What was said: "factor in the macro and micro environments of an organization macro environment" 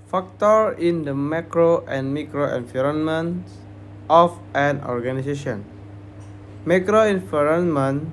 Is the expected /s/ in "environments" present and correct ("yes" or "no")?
no